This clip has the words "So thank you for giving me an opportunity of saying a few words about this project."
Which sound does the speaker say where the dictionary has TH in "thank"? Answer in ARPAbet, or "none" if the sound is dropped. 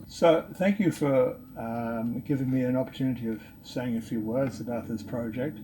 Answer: TH